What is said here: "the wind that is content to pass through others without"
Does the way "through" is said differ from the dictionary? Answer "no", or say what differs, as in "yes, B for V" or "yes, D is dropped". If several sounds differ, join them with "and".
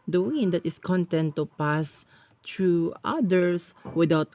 yes, T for TH